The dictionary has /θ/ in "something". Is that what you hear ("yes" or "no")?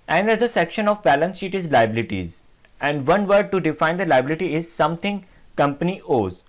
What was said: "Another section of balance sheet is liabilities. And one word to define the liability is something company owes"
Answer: no